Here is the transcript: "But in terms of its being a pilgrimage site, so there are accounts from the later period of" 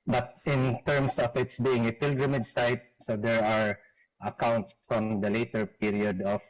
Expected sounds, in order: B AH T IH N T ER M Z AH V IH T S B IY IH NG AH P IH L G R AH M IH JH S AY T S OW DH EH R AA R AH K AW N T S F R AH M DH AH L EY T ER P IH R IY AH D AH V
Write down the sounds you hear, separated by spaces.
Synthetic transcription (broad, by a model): B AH T IH N T ER M S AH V IH T S B IY IH NG AH P IH L G R AH M IH JH S AY T S OW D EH R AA R AH K AW N T S F R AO M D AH L EY T ER P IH R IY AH D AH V